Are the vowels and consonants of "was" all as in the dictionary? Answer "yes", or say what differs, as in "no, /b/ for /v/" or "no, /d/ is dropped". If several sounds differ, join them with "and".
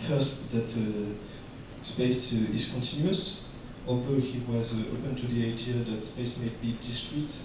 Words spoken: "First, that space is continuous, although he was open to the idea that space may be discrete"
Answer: yes